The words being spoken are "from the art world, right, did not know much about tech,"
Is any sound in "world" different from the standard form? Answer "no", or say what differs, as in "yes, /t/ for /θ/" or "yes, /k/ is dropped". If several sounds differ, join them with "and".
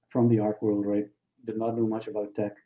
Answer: no